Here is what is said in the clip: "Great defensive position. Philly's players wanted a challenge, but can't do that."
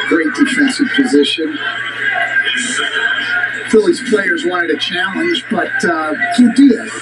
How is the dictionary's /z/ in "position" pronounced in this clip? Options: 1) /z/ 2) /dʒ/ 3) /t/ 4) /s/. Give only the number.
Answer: 1